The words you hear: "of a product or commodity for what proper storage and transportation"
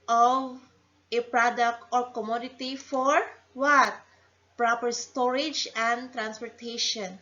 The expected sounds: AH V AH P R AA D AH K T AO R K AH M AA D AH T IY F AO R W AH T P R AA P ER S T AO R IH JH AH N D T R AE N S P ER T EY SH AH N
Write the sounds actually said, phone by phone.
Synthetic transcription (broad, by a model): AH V AH P R AA D AH K T AO R K AH M AA D AH T IY F AO R W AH T P R AA P ER S T AO R IH JH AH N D T R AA N S P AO T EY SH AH N